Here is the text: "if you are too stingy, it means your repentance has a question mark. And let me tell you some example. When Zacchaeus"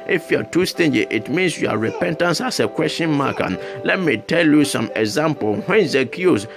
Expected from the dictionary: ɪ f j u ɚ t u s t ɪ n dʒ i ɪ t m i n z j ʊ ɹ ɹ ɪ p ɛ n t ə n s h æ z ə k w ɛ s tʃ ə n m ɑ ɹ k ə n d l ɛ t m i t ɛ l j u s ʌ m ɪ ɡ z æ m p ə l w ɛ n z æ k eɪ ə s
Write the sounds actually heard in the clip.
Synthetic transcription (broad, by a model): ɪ f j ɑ t u s t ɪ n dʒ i ɪ t m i n s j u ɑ ɹ ɪ p ɛ n t ə n s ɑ s ə k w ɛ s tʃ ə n m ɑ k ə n l ɛ t m i t ɛ l j u s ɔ m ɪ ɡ z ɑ m p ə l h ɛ n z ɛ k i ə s